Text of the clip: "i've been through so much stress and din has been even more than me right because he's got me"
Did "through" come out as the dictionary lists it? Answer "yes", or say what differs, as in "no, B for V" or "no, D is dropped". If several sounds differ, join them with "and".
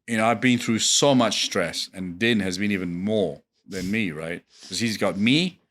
yes